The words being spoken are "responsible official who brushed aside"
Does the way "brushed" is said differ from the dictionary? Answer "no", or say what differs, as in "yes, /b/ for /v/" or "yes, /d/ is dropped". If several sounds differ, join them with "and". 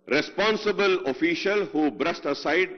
yes, /s/ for /ʃ/